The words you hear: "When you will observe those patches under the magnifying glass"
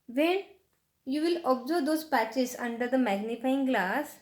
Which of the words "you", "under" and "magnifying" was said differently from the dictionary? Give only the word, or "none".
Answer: none